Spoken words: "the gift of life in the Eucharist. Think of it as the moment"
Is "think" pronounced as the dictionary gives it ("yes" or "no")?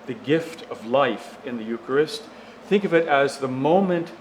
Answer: yes